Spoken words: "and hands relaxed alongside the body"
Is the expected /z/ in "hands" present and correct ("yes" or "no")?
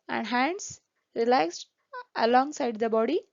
no